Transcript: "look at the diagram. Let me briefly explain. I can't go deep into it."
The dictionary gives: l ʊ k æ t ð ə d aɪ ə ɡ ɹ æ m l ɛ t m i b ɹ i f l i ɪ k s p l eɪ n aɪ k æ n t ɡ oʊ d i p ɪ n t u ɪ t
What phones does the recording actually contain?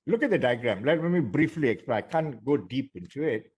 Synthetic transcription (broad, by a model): l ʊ k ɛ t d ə d aɪ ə ɡ ɹ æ m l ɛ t m i b ɹ i f l i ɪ k s p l aɪ k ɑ n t ɡ oʊ d i p ɪ n t u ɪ t